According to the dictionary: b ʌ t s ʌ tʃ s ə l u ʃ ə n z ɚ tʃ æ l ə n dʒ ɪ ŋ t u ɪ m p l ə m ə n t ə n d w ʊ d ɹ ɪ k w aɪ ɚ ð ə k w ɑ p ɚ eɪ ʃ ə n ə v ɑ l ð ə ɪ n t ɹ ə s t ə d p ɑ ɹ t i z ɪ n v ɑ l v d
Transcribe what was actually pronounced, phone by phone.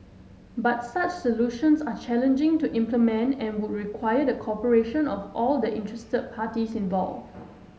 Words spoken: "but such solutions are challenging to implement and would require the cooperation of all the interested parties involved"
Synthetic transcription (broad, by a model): b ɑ t s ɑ tʃ s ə l u ʃ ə n s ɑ tʃ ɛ l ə n dʒ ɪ ŋ t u ɪ m p l ə m ə n t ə n w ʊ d ɹ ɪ k w aɪ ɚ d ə k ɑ p ɚ eɪ ʃ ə n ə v ɑ l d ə ɪ n t ɹ ə s t ə d p ɑ t i s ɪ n v ɑ l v